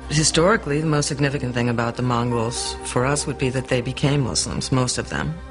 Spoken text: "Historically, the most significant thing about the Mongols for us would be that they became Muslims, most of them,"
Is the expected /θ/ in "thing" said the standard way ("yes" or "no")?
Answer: yes